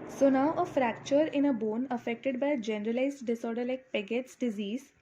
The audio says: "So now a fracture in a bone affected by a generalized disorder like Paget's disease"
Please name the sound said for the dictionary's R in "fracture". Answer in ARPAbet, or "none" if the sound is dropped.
R